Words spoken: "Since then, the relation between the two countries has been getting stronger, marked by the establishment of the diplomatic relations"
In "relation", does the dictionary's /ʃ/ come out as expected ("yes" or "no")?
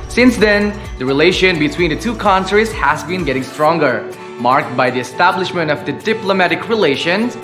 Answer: yes